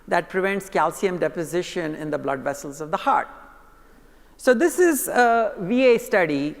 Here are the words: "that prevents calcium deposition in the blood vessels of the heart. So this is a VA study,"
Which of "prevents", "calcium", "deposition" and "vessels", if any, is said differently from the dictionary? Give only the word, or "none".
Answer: none